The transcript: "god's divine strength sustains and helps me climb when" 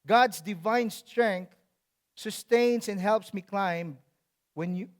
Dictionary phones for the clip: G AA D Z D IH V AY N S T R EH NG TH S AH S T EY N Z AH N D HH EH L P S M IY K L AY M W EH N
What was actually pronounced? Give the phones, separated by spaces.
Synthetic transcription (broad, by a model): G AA D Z D IH V AY N S T R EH NG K S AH S T EY N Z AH N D HH EH L P S M IY K L AY M W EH N